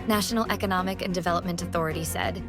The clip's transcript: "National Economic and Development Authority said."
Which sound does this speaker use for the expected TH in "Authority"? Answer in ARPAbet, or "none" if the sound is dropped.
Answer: TH